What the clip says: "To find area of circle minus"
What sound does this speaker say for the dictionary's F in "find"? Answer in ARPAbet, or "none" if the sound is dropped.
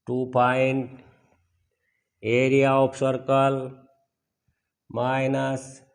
P